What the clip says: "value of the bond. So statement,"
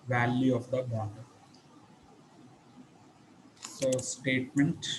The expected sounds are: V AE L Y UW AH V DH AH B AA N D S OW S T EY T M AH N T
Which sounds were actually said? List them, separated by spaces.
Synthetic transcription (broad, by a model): V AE L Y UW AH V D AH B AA D S OW S T EY T M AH N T